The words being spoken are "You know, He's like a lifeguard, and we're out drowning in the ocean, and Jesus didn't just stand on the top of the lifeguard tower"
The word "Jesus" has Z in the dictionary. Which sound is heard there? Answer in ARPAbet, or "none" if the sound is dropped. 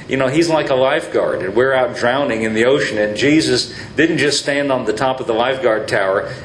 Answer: Z